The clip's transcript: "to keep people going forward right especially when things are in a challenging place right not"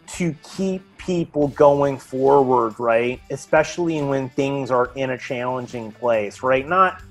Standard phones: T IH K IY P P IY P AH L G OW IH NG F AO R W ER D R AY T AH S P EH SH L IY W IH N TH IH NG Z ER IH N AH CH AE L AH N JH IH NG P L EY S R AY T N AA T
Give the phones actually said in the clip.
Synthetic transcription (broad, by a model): T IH K IY P P IY P L G OW IH NG F AO R W ER D R AY T AH S P EH SH L IY W IH N TH IH NG Z ER IH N AH CH AE L AH N JH IH NG P L EY S R AY T N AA T